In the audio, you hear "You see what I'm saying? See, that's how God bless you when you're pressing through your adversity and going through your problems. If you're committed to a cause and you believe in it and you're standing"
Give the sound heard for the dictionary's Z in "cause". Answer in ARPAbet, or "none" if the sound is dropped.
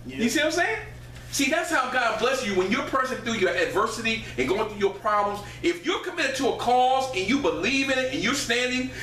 Z